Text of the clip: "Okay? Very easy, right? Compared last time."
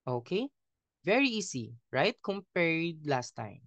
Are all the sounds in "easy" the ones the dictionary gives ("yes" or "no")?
no